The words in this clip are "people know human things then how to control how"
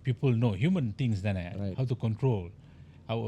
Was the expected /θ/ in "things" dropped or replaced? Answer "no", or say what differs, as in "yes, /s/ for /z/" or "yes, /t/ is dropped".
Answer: yes, /t/ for /θ/